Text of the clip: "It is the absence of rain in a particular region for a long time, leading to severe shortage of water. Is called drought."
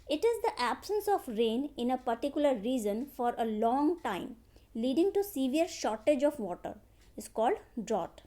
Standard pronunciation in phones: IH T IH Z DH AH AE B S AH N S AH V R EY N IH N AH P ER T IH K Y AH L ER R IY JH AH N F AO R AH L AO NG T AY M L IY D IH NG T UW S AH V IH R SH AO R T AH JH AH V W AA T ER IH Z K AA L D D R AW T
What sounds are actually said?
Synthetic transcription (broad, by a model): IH T IH Z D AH AE B S AH N S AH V R EY N IH N AH P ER T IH K Y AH L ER R IY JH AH N F AO R AH L AO NG T AY M L IY D IH NG T UW S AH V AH R SH AO R T AH JH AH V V AA T ER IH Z K AA L D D R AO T